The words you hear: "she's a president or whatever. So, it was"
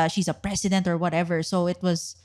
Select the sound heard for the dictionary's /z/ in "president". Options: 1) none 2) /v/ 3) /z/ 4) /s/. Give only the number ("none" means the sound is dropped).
4